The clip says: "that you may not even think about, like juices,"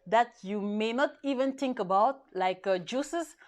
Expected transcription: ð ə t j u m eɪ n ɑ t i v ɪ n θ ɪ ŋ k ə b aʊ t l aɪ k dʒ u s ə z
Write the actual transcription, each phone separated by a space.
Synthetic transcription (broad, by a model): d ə t j u m eɪ n ɑ t i v ɪ n t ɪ ŋ k ə b aʊ t l aɪ k dʒ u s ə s